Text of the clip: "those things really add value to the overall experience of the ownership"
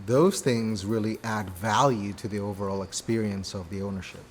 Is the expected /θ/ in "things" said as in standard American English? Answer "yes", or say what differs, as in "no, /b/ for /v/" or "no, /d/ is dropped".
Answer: yes